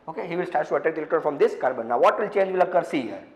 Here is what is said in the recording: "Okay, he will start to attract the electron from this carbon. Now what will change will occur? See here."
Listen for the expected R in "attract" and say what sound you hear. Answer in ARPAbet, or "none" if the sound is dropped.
none